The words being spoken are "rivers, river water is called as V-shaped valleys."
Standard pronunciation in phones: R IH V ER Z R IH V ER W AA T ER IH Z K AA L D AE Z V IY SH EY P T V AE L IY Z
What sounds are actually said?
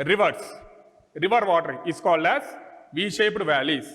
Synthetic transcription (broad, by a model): R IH V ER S R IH V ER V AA T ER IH S K AA L D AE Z V IY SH EY P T V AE L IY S